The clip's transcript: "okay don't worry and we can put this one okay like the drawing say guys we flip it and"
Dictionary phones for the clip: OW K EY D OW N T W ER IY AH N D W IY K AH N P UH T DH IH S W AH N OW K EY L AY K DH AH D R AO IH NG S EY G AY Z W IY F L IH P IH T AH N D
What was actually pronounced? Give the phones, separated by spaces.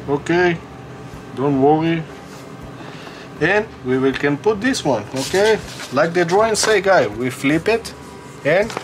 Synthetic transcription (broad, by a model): OW K EY D OW N T W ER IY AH N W W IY K AH N P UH T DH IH S W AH N OW K EY L AY K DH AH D R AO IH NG S EY G AY W IY F L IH P IH T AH N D